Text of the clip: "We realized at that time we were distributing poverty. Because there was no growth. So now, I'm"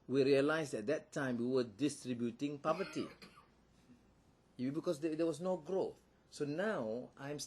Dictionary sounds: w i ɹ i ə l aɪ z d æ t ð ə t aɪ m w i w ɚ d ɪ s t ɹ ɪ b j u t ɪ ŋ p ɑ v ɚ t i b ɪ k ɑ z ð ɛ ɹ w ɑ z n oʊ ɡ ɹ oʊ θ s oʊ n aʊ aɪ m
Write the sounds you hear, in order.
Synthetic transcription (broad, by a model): w i ɹ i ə l aɪ s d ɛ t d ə t aɪ m w i w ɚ d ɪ s t ɹ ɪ b j u t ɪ ŋ p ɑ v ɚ t i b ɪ k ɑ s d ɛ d w ɑ s n oʊ ɡ ɹ oʊ θ s oʊ n aʊ aɪ m